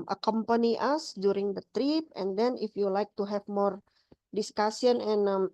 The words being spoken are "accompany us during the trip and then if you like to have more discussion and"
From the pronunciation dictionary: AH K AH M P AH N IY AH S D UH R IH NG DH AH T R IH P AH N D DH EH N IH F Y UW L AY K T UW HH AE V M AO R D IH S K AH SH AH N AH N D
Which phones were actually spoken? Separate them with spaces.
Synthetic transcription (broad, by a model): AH K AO M P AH N IY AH S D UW R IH NG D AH T R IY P AH N D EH N IH F Y UW L AY K T UW HH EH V M AO R D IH S K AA S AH N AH N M